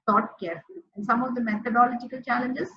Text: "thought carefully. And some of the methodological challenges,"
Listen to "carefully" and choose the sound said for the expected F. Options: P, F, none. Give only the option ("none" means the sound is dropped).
none